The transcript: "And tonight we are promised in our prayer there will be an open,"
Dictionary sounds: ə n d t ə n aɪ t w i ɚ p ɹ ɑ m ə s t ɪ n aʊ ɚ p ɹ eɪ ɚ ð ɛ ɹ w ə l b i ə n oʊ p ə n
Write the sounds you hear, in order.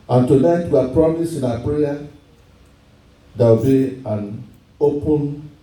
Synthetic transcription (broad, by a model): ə n t ə n aɪ t w i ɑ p ɹ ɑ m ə s ɪ n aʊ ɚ p ɹ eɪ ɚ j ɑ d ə w b i ə n oʊ p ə n